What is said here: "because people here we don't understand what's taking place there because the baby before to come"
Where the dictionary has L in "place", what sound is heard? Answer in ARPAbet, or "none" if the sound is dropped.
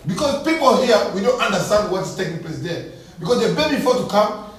L